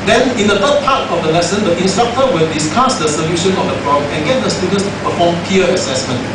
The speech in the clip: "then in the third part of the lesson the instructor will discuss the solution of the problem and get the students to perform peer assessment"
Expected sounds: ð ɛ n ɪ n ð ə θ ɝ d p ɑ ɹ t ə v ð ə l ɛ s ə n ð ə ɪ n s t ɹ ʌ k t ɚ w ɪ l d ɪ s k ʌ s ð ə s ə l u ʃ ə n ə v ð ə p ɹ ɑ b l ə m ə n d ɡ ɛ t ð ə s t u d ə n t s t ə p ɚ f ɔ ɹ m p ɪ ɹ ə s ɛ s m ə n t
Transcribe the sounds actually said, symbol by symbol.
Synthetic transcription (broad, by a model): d ɛ n ɪ n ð ə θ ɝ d p ɑ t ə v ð ə l ɛ s ə n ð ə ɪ n s t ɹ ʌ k t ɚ w ɪ l d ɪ s k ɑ s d ə s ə l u ʃ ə n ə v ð ə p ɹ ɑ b ə ə n ɡ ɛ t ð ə s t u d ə n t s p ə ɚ f ɔ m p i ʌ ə s ɛ s m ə n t